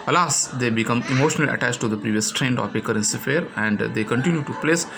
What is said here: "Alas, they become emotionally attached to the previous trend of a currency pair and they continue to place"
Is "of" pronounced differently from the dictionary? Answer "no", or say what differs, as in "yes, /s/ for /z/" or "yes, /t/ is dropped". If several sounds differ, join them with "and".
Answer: yes, /p/ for /v/